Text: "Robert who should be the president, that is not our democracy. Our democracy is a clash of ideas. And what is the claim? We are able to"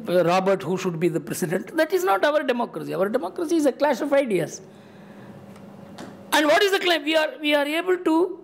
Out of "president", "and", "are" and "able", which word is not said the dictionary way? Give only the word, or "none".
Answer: president